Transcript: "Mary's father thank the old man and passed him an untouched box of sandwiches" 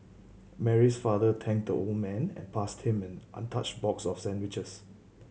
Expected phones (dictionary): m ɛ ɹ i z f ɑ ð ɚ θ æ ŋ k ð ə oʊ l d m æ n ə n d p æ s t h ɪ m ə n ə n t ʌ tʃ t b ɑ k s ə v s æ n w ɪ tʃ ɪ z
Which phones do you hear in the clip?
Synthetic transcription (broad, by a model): m ɛ ɹ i s f ɑ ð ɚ t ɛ ŋ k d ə oʊ l d m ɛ n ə n p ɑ s t h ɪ m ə n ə n t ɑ tʃ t b ɑ k s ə f s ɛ n w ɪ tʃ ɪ s